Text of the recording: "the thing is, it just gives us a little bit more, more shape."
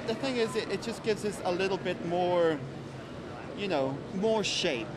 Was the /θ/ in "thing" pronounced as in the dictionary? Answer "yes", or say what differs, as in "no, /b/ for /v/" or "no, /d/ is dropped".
yes